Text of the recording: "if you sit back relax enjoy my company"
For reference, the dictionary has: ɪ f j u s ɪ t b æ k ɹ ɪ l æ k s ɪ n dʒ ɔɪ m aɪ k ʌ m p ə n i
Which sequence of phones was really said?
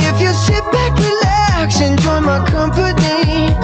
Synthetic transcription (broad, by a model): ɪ f j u s ɪ t b æ k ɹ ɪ l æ k ʃ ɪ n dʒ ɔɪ m aɪ k ʌ m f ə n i